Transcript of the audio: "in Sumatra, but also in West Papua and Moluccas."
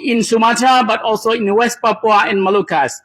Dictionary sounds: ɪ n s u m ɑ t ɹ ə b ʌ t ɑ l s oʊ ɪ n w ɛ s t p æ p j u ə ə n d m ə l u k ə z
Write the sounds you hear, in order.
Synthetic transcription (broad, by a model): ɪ n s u m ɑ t ə b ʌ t ɑ l s oʊ ɪ n w ɛ s t p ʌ p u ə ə n m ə l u k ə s